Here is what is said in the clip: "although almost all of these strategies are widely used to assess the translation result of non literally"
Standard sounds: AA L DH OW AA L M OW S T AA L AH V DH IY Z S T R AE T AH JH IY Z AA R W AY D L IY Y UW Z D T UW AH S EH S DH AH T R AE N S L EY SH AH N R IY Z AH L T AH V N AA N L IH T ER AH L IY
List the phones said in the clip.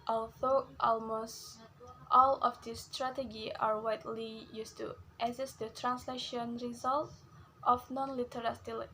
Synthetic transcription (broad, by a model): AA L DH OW AA L M OW S T AA L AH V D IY S T R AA T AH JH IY AA R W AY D L IY Y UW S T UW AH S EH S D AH T R AE N S L EY SH AH N R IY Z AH L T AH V N AA N L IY T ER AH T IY